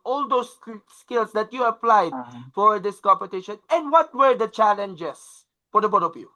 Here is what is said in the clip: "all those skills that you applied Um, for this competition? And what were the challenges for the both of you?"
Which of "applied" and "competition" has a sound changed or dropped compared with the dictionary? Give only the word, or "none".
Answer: none